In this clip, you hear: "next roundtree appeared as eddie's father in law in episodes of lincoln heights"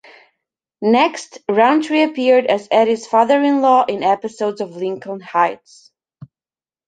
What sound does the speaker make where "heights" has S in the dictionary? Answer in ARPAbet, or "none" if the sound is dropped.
S